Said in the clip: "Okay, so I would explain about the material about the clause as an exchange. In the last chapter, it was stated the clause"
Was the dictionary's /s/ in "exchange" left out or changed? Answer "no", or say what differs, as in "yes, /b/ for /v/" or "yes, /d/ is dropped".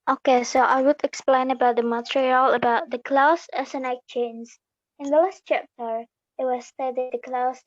yes, /s/ is dropped